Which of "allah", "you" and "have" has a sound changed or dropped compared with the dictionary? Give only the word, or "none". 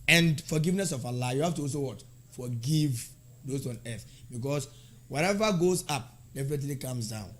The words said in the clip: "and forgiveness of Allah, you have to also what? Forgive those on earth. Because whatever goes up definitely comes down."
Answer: have